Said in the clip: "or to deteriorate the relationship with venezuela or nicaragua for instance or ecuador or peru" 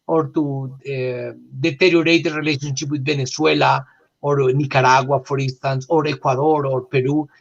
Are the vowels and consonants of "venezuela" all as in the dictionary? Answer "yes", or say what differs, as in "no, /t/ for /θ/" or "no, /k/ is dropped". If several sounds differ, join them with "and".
no, /b/ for /v/ and /s/ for /z/